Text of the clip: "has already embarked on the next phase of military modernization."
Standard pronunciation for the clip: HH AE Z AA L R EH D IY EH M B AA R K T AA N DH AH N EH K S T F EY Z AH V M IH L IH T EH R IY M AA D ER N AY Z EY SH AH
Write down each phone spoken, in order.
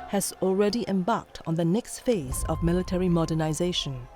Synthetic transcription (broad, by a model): HH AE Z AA L R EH D IY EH M B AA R K T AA N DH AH N EH K S T F EY Z AH V M IH L IH T EH R IY M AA D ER N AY Z EY SH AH